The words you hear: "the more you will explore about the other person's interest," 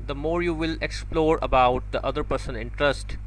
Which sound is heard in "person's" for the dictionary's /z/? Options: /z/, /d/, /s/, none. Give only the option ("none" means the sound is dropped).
none